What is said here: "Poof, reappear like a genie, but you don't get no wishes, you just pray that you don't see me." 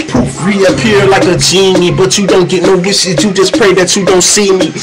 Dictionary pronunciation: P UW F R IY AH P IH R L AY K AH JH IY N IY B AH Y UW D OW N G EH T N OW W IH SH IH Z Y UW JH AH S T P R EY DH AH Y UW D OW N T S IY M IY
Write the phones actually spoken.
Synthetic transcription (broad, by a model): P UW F R IY AH P IH R L AY K AH JH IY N IY B AH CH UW D OW N G EH T N OW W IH S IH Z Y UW JH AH S P R EY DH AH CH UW D OW N T S IY M IY